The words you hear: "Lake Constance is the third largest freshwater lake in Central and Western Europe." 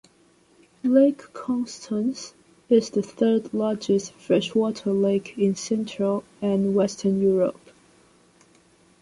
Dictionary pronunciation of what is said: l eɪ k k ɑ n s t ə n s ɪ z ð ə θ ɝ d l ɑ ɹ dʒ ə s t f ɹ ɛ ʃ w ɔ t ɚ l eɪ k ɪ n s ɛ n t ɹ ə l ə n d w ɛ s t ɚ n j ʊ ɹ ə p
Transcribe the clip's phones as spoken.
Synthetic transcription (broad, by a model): l eɪ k k ɑ n s t ə n s ɪ z ð ə θ ɝ d l ɑ ɹ dʒ ə s t f ɹ ɛ ʃ w ɔ t ɚ l eɪ k ɪ n s ɛ n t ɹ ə l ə n w ɛ s t ɚ n j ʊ ɹ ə p